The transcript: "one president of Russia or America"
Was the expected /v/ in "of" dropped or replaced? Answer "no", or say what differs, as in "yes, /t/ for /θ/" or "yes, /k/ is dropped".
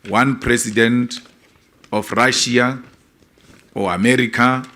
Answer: yes, /f/ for /v/